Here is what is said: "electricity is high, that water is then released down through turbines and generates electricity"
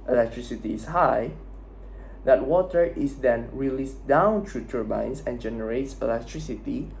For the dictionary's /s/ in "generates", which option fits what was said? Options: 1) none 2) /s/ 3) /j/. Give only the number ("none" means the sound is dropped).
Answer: 2